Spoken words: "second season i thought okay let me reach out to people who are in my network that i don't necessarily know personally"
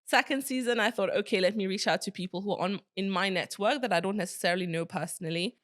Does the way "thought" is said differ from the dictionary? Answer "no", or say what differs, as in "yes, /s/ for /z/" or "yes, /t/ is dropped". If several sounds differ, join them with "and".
no